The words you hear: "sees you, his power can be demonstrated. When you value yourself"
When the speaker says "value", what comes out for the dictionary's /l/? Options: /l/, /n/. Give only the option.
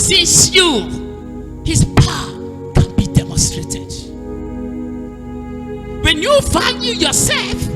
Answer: /n/